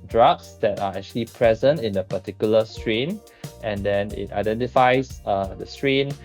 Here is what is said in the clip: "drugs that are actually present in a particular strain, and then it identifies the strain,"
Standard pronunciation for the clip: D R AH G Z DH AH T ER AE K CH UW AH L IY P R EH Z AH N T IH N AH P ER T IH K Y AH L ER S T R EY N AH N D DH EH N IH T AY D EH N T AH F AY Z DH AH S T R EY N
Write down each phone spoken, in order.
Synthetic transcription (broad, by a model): D R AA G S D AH T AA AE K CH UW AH L IY P R EH Z AH N T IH N AH P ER T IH K Y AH L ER S T R EY N AH N D EH N IH T AY D EH N T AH F AY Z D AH S T R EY N